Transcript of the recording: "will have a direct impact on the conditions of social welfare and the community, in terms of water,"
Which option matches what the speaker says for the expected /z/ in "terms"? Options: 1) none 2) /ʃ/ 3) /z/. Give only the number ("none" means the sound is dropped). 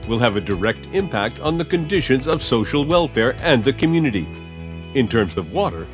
3